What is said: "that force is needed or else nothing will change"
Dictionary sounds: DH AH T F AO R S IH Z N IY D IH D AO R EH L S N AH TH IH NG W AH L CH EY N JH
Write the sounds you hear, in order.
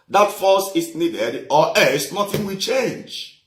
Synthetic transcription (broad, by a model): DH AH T F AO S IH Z N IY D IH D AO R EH S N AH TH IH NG W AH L CH EY N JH